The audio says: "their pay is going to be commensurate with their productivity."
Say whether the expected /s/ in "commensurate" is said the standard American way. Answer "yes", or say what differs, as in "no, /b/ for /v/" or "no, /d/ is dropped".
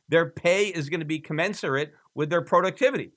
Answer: yes